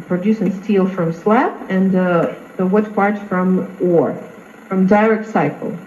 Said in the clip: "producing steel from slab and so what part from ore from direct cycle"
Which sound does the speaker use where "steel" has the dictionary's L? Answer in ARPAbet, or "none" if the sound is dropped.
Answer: L